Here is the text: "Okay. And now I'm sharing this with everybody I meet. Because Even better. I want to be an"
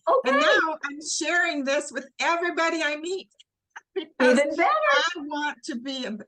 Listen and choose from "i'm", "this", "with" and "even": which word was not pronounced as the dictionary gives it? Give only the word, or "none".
even